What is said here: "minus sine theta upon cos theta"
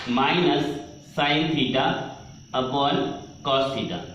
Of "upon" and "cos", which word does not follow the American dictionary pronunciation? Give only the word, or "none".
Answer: upon